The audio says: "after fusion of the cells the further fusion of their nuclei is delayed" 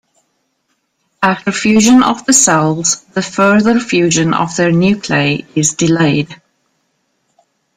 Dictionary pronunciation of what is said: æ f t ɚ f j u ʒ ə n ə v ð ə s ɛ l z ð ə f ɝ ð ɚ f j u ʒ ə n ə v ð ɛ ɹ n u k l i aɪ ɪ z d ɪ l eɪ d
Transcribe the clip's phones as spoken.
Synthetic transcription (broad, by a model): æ t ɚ f j u ʒ ə n ə v ð ə s ɛ l z ð ə f ɝ ð ɚ f j u ʒ ə n ə v ð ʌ ɹ n u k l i ɪ z d ɪ l eɪ d